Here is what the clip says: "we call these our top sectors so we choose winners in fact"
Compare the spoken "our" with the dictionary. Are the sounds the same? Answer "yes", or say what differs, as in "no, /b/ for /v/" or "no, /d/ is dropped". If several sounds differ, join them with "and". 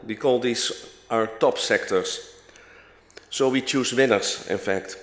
yes